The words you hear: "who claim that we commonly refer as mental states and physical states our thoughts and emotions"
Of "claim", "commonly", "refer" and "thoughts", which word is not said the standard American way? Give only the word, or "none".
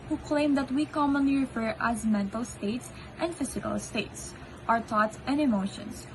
thoughts